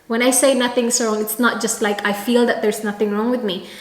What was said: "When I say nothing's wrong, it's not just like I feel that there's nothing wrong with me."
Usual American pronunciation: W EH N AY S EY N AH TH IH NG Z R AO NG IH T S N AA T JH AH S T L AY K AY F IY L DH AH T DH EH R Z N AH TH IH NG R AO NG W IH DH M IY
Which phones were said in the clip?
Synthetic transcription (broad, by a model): W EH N AY S EY N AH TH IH NG S R AO NG IH T S N AA T JH AH S T L AY K AY F IY L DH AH T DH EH R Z N AH TH IH NG R AO NG W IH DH M IY